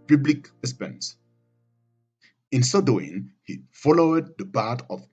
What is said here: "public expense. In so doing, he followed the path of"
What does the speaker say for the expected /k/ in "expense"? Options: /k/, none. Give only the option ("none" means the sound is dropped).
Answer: none